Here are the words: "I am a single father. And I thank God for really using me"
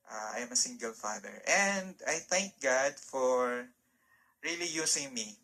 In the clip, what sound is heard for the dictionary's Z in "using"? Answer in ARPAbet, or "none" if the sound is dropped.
S